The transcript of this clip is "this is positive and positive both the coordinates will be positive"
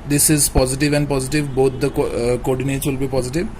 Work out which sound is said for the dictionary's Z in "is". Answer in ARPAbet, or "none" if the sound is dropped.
Z